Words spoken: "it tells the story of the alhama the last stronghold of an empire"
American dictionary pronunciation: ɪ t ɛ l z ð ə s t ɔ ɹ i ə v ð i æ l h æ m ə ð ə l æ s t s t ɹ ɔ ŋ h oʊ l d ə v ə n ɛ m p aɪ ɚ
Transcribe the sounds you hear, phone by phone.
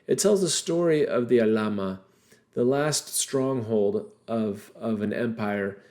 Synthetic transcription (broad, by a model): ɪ t ɛ l z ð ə s t ɔ ɹ i ə v ð i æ l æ m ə ð ə l æ s t s t ɹ ɔ ŋ h oʊ l d ə v ə n ɛ m p aɪ ɚ